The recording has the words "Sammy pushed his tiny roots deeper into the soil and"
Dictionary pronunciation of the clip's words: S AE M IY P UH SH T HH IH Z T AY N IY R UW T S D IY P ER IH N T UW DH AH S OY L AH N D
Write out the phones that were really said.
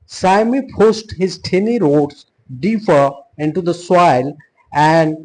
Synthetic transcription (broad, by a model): S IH M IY P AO S T HH IH Z T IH N IY R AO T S D IY P ER IH N T UW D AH S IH L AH N D